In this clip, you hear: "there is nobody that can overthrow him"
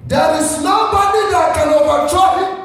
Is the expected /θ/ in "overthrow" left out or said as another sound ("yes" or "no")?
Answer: yes